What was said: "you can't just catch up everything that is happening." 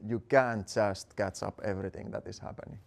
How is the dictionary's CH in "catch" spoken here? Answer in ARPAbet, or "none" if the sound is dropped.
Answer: CH